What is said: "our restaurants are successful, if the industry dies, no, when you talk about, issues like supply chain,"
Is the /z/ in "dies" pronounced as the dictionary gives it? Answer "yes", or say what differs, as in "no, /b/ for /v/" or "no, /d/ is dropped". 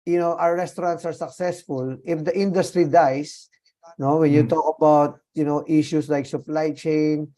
no, /s/ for /z/